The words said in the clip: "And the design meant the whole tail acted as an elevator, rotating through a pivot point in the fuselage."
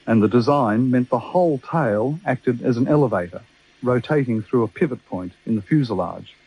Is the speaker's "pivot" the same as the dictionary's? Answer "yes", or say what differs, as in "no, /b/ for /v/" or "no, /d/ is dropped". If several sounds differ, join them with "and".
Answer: yes